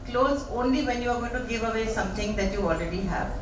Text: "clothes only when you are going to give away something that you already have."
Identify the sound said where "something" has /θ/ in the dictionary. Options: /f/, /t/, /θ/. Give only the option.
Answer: /t/